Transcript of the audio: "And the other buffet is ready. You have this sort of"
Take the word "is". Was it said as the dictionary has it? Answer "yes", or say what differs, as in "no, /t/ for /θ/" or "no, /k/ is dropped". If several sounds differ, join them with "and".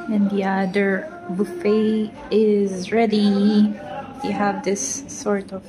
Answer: yes